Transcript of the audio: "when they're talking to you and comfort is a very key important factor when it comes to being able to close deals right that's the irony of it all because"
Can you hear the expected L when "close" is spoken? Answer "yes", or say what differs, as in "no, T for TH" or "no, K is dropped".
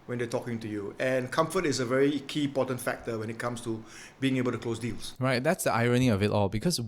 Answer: yes